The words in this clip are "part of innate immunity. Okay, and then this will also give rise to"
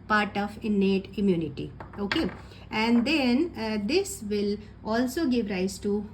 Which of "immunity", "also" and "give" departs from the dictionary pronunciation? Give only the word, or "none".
none